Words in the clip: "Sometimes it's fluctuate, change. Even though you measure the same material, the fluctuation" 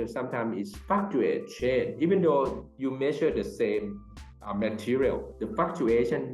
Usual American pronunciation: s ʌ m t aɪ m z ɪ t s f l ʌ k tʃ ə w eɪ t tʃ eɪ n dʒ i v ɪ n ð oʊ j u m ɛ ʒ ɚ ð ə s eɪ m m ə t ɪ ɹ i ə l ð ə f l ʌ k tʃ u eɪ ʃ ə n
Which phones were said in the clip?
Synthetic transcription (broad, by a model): s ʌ m t aɪ m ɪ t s f ɑ k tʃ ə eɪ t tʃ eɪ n i v ɪ n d oʊ j u m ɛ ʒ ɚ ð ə s eɪ m m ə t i ɹ i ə l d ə f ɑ k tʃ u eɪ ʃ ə n